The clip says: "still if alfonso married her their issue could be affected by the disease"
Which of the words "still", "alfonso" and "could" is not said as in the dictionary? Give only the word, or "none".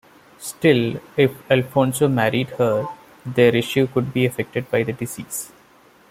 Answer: none